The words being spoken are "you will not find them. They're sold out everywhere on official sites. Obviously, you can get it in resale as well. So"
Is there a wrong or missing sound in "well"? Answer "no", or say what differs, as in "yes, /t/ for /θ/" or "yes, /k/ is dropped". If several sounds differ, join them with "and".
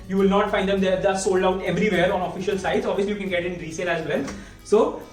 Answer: yes, /n/ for /l/